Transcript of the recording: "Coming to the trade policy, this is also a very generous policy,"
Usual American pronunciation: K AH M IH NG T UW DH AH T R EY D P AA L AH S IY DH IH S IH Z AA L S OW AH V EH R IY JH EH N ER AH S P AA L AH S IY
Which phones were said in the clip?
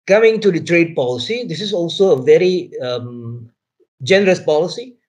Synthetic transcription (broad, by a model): K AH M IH NG T UW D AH T R EY D P AA L AH S IY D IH S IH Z AA L S OW AH V EH R IY JH EH N ER AH S P AA L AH S IY